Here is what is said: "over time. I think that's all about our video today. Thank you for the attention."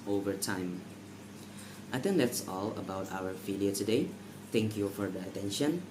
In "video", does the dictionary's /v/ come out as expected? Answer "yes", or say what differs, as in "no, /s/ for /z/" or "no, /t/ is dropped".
no, /f/ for /v/